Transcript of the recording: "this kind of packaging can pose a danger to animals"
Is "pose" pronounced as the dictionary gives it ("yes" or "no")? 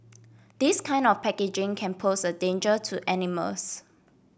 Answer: no